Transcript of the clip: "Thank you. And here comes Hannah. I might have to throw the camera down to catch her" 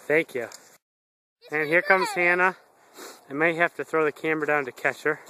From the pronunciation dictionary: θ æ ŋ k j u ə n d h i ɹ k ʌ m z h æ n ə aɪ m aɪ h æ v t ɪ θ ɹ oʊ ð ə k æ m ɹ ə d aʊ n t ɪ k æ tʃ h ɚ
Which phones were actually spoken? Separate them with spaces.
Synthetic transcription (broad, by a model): θ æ ŋ k j u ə n h i ɹ k ʌ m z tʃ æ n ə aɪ m aɪ h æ f t ɪ θ ɹ oʊ ð ə k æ m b ə d aʊ n t ɪ k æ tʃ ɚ